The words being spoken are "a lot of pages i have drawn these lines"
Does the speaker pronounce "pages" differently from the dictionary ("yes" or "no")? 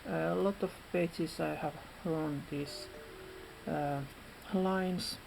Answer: yes